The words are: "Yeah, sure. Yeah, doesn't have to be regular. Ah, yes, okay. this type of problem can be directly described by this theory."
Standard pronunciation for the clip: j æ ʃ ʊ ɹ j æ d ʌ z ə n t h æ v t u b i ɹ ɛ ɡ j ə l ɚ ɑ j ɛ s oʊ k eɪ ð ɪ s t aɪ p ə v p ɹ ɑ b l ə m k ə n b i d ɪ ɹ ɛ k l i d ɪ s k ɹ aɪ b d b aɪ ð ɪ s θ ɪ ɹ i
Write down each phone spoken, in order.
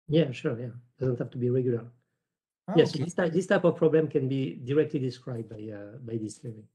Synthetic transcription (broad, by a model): j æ ʃ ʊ ɹ j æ d ʌ z ə n t h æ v t u b i ɹ ɛ ɡ j ə l ɚ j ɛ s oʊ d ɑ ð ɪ s t aɪ p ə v p ɹ ɑ b l ə m k ə n b i d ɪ ɹ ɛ k l i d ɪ s k ɹ aɪ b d b aɪ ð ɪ s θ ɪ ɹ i